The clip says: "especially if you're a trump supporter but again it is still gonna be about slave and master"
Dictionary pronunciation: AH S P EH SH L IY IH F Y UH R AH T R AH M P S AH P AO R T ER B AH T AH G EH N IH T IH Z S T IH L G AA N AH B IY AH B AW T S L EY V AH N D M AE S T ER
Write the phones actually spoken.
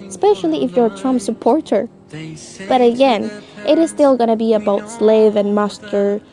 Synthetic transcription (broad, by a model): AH S P EH SH L IY IH F Y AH R T R AH M P S AH P AO R T ER B AH T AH G EH N IH T IH Z S T IH L G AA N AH B IY AH B AW T S L EY V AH N M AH S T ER